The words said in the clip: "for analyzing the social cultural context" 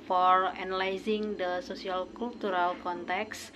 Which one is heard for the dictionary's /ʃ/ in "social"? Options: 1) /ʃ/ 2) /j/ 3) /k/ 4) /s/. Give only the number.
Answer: 4